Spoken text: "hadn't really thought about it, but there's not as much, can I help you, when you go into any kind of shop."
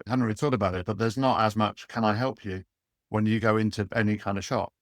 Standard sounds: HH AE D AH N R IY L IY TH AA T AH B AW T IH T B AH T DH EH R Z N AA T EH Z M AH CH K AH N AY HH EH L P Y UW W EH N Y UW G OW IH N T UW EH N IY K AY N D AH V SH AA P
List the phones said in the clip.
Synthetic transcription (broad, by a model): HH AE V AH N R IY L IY T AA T AH B AW T IH T B AH T DH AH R Z N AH T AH Z M AH CH K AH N AY HH EH L P Y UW W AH N Y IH G OW IH N T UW EH N IY K AY N D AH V SH AA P